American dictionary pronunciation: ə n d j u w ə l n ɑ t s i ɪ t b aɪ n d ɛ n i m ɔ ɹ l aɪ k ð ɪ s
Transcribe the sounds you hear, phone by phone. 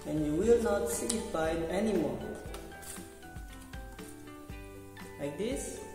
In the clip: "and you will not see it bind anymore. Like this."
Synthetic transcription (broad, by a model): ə n j u w ə l n ɑ t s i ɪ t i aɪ d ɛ n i m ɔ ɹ l aɪ k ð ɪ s